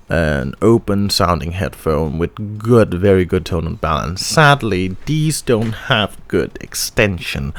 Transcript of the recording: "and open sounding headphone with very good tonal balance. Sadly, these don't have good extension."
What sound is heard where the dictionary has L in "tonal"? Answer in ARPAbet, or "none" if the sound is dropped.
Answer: N